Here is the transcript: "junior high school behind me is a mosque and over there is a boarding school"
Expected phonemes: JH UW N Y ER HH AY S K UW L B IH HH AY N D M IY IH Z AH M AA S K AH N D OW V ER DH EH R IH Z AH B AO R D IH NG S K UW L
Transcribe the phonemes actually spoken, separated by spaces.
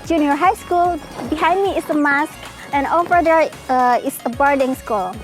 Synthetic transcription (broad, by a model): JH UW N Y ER HH AY S K UW L B IH HH AY N D M IY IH S AH M AA S K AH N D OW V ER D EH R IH S AH B AO R D IH NG S K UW L